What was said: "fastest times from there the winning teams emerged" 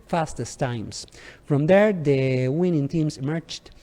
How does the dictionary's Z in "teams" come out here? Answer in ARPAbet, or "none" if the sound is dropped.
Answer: S